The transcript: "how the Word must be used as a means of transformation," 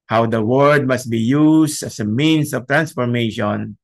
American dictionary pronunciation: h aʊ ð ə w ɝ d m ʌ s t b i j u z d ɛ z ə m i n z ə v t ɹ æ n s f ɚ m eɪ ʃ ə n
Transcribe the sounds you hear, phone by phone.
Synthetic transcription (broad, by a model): h aʊ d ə w ɝ d m ʌ s t b i j u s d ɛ s ə m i n s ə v t ɹ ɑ n s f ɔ m eɪ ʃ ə n